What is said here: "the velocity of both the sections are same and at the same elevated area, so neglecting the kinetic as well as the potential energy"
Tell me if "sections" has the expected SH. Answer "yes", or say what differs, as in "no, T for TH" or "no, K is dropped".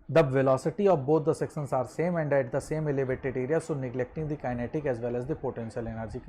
no, S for SH